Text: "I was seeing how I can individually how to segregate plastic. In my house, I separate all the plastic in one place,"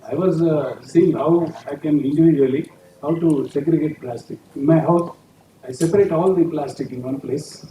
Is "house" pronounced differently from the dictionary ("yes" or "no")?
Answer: yes